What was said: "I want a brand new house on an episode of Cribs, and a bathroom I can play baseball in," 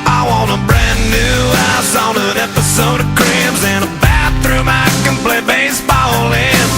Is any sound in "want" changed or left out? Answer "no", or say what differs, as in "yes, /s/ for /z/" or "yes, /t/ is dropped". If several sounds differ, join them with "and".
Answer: yes, /t/ is dropped